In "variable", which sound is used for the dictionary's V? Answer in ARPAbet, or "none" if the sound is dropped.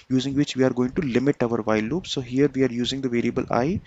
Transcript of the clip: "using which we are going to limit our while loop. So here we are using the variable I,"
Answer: V